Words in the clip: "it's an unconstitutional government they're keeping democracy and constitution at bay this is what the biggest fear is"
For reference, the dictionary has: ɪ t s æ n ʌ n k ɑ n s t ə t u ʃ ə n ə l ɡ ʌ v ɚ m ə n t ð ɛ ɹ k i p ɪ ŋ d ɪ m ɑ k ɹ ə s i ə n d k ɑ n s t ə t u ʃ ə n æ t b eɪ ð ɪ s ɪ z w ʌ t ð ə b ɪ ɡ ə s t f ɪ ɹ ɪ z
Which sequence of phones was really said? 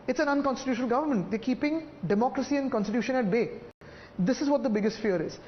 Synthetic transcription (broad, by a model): ɪ t s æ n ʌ n k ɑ n s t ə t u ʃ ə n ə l ɡ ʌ v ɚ m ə n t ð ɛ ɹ k i p ɪ ŋ d ɪ m ɑ k ɹ ə s i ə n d k ɑ n s t ə t u ʃ ə n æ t b eɪ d ɪ s ɪ z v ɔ t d ə b ɪ ɡ ə s t f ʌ ɹ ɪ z